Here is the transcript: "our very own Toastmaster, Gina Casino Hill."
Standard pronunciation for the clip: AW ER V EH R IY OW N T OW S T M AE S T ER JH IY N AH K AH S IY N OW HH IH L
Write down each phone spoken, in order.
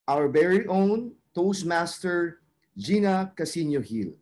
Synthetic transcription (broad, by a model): AW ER B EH R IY OW N T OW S M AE S T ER JH IY N AH K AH S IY N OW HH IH L